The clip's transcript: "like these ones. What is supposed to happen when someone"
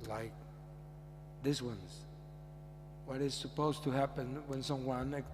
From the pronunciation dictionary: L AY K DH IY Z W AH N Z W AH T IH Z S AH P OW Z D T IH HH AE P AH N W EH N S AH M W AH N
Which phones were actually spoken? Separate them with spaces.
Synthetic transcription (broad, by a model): L AY K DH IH S W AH N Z W AH T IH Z S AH P OW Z T IH HH AE P AH N W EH N S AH M W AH N